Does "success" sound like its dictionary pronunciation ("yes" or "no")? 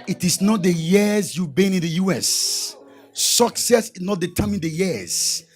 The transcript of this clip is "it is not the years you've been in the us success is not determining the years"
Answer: yes